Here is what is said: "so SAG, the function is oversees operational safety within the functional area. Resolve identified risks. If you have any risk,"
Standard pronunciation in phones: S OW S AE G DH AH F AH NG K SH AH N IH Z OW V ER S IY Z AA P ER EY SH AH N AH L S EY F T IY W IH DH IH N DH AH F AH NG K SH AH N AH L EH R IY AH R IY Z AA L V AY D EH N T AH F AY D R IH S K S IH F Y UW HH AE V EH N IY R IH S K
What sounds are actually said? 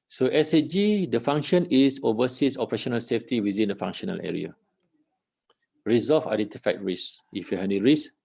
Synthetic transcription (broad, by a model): S OW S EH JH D AH F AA NG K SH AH N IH S OW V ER S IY S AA P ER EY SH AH N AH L S EY F T IY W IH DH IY N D AH F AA NG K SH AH N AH L EH R IY AH R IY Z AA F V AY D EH N T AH F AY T R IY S S IH F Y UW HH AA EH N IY R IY S